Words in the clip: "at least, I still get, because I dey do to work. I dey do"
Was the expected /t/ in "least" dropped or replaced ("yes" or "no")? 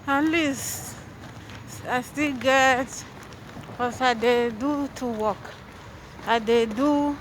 yes